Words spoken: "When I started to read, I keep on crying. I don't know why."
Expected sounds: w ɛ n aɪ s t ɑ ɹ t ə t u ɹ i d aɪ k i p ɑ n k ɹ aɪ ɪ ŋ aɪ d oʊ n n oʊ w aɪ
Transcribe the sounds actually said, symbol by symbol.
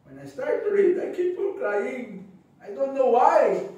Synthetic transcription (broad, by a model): w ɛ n aɪ s t ɑ ɹ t t u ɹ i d aɪ k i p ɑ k l aɪ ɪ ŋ aɪ d oʊ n n oʊ w aɪ